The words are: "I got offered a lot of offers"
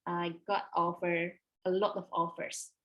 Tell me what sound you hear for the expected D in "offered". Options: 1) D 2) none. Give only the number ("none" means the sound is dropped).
2